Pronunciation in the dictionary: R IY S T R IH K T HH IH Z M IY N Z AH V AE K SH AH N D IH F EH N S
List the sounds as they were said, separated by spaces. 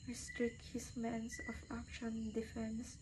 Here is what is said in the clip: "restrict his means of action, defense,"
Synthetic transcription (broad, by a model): R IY S T R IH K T HH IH S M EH N S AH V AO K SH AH N D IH F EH N S